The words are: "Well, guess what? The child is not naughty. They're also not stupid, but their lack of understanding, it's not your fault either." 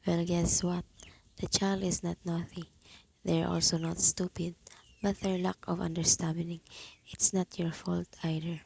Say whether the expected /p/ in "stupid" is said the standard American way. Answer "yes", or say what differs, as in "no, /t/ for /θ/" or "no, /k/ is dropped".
yes